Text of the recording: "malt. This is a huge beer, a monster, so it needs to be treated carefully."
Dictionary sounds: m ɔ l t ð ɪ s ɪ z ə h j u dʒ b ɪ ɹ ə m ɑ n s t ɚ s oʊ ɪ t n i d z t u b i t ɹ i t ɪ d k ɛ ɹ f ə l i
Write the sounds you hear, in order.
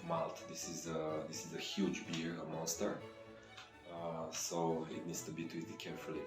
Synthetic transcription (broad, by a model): m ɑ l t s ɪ s ɪ z ə h j u dʒ b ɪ ɹ ə m ɑ n s t ɚ s oʊ ɪ t n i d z t u b i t i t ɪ k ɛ ɹ f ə l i